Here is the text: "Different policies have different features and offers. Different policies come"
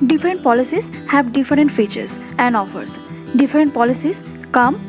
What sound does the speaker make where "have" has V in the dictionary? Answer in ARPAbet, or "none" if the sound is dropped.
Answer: B